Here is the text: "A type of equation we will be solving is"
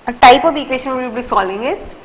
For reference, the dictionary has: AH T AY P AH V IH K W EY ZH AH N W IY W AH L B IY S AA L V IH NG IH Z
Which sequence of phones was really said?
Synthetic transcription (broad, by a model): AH T AY P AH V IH K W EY SH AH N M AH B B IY S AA L IH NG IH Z